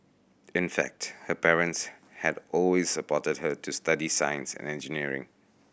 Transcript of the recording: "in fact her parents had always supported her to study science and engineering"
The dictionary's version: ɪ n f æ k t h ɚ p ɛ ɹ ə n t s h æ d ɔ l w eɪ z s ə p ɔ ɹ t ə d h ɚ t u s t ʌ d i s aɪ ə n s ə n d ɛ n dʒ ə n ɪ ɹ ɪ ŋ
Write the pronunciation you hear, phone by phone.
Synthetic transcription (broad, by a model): ɪ n f æ k t h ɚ p ɛ ɹ ə n t s h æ d ɔ l w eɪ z s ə p ɔ t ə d h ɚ t u s t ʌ d i s aɪ ə n s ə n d ɛ n dʒ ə n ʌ ɹ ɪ ŋ